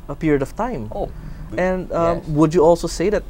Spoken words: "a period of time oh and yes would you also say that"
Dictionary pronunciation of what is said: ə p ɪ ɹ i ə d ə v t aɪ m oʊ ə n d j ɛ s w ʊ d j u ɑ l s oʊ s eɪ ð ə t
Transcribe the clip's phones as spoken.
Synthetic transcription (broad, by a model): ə p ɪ ɹ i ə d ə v t aɪ m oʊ ə n d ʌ w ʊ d j u ɑ l s oʊ s eɪ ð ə t